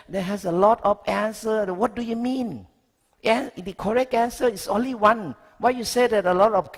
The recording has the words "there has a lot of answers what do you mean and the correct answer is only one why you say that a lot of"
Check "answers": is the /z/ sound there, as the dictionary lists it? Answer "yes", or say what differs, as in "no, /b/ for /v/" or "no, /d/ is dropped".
no, /z/ is dropped